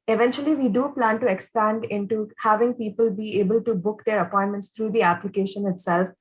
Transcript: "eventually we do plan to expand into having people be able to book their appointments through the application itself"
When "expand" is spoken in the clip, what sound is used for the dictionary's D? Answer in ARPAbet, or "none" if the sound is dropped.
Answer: D